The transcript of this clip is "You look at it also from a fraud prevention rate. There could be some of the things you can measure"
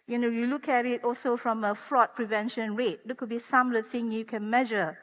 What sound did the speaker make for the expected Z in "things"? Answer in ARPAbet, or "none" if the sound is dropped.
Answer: none